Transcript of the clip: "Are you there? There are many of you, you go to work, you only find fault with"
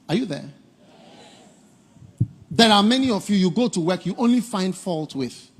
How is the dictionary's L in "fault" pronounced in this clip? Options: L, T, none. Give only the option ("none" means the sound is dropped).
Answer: L